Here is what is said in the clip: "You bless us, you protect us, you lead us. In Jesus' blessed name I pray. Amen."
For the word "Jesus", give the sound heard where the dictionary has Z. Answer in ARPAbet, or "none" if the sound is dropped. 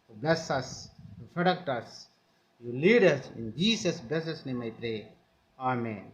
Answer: S